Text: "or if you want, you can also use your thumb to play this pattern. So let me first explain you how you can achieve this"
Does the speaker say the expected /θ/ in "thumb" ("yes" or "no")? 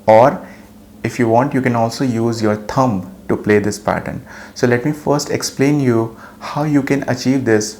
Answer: no